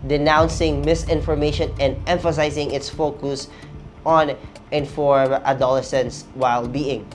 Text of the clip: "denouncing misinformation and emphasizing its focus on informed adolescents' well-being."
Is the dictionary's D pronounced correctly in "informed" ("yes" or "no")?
no